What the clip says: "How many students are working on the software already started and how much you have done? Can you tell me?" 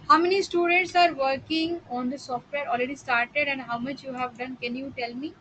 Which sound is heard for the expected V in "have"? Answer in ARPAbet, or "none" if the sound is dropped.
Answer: V